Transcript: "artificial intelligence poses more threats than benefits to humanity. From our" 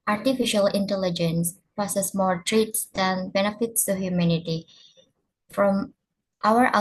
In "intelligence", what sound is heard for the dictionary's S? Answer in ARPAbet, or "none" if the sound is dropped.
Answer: S